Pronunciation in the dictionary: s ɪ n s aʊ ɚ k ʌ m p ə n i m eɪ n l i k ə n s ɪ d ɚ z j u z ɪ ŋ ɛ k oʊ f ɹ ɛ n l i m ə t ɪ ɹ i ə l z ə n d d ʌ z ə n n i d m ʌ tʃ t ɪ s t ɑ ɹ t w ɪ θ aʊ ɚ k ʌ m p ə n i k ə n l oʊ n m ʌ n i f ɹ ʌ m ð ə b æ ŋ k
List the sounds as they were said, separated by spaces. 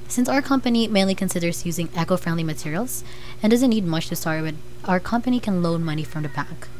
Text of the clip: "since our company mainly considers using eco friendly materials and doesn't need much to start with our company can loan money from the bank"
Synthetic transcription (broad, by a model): s ɪ n s aʊ ɚ k ʌ m p ə n i m eɪ n l i k ə n s ɪ d ɚ z j u z ɪ ŋ ɛ k oʊ f ɹ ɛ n l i m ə t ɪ ɹ i l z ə n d d ʌ z ə n n i d m ʌ tʃ t ɪ s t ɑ ɹ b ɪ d aʊ ɚ k ʌ m p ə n i k ə n l oʊ n m ʌ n i f ɹ ʌ m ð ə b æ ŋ k